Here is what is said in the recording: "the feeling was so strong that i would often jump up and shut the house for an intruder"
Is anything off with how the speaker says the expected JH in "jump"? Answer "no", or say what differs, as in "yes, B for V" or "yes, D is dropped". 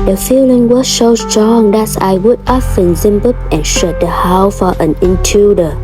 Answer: yes, Z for JH